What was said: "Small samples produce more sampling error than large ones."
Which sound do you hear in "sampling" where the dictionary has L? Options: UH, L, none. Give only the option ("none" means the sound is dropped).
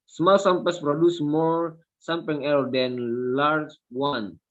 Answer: none